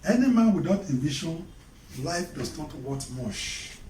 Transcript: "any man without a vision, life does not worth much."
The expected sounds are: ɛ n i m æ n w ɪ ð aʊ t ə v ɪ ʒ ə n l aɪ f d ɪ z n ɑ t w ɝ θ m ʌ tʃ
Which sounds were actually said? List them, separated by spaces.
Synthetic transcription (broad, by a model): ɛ n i m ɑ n w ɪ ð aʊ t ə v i ʃ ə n l aɪ f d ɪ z n ɑ t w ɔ t m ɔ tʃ